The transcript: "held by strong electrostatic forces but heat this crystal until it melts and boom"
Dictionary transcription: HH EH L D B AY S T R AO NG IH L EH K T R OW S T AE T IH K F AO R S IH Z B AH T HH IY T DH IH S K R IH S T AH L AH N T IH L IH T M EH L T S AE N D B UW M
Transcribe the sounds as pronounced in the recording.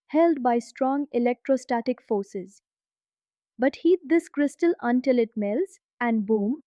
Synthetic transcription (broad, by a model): HH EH L D B AY S T R AO NG IH L EH K T R OW S T AE T IH K F AO R S IH Z B AH T HH IY T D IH S K R IH S T AH L AH N T IH L IH T M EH L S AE N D B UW M